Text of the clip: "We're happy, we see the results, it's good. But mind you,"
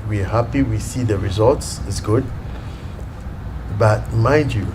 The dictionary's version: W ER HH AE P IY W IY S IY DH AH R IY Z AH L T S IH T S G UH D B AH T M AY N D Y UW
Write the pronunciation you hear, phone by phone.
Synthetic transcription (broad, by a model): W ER HH AE P IY W IY S IY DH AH R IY Z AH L T S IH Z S G UH D B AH T M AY D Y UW